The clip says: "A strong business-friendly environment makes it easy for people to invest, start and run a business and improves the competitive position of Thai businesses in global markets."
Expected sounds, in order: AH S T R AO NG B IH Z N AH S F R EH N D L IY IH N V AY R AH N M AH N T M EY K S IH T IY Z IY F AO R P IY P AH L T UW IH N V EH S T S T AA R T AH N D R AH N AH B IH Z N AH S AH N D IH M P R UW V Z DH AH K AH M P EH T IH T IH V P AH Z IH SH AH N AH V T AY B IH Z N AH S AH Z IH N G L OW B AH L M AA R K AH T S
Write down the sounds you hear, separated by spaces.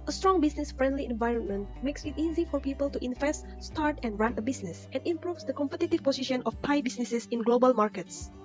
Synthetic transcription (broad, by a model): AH S T R AO NG B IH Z N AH S F R EH N D L IY IH N V AY R AH N M AH N T M EY K S IH T IY Z IY F AO R P IY P AH L T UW IH N V EH S T S T AA R T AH N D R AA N AH B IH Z N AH S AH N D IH M P R UW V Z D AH K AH M P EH T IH T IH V P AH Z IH SH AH N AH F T AY B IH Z N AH S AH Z IH N G L OW B AH L M AA R K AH T S